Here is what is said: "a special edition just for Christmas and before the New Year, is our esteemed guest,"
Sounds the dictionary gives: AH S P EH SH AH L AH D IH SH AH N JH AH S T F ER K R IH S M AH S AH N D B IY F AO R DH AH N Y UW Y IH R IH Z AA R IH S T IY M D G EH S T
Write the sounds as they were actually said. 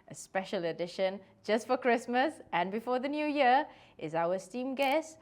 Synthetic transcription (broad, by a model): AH S P EH SH AH L AH D IH SH AH N JH AH S T F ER K R IH S M AH S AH N B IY F AO DH AH N Y UW Y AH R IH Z AA W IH S T IY M G EH S T